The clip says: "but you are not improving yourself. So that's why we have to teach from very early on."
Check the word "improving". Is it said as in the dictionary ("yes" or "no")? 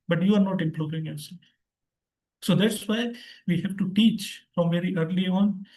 no